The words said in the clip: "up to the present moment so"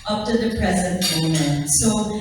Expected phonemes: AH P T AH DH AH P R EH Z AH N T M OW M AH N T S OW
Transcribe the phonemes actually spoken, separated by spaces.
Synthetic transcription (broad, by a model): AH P T AH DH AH P R EH Z AH N T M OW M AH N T S OW